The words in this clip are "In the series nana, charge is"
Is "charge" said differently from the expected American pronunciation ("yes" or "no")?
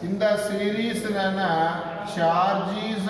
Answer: yes